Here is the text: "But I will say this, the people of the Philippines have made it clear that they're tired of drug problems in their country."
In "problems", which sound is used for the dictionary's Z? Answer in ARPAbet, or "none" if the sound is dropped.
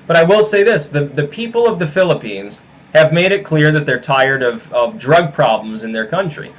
Z